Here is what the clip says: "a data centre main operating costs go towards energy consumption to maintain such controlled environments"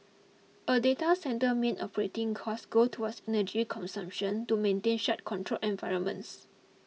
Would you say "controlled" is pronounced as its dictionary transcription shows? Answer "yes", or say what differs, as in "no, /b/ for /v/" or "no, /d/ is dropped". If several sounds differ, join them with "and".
no, /d/ is dropped